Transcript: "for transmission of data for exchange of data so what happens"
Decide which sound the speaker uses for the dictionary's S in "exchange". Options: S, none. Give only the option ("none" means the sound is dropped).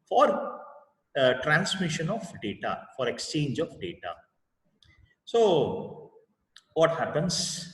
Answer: S